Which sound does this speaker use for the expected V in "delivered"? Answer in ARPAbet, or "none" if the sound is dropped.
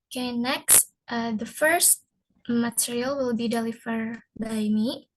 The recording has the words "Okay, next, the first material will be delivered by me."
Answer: F